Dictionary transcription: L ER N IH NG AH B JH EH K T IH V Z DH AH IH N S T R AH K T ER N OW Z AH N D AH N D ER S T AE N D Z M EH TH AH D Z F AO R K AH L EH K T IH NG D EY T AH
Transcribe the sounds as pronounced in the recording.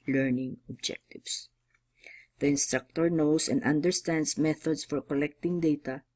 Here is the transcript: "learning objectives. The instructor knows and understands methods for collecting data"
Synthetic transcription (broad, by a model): L ER N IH NG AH B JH EH K T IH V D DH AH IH N S T R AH K T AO N OW S AH N D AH N D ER S T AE N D S M EH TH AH D S F AO R K AH L EH K T IH NG D EY T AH